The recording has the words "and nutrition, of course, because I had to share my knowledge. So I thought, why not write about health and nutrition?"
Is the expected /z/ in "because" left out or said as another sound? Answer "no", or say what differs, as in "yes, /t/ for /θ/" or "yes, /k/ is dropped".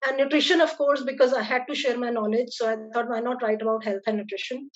no